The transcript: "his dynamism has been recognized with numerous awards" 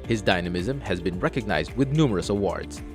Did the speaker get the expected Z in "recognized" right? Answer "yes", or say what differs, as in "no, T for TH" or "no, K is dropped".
yes